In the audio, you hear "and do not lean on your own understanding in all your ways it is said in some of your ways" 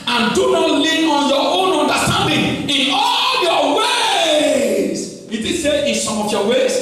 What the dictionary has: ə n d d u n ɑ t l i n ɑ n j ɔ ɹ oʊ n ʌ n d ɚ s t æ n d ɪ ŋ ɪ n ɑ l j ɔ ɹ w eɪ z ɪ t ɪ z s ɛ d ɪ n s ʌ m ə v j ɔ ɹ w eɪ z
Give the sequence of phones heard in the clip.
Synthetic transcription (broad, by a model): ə n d d u n ɑ t l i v ɑ n j ɔ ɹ oʊ n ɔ n d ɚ s t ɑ n d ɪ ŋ ɪ n ɑ l j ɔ w eɪ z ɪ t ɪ s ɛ ɪ n s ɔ m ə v j ɔ w eɪ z